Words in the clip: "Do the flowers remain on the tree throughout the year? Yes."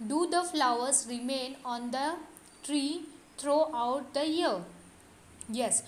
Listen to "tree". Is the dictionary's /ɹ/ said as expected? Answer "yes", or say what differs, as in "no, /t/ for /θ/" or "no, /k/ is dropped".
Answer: yes